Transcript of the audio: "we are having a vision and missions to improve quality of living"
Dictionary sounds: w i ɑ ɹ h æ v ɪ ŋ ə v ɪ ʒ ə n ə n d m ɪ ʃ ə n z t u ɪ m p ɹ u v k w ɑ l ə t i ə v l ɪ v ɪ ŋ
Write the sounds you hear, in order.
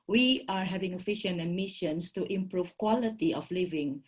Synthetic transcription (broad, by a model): w i ɑ ɹ h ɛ v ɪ ŋ ə f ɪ ʃ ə n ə n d m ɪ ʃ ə n s t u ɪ m p ɹ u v k w ɑ l ə t i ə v l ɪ v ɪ ŋ